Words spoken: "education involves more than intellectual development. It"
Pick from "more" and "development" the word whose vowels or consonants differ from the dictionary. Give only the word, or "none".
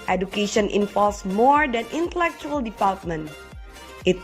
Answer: development